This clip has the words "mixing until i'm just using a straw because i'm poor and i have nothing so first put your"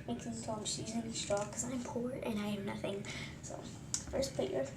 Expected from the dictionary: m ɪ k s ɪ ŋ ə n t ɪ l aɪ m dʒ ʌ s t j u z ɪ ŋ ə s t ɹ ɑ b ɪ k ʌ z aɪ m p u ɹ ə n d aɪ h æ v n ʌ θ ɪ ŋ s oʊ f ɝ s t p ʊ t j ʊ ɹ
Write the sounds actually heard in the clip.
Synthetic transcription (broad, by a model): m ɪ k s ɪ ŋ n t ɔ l aɪ m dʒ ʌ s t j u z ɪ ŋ ə s t ɹ ɑ k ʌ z aɪ m p u ɹ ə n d aɪ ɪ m n ʌ θ ɪ ŋ s oʊ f ɝ s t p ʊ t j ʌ ɹ